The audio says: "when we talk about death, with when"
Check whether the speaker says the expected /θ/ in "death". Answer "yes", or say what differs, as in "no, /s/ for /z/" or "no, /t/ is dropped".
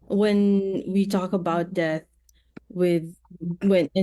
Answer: yes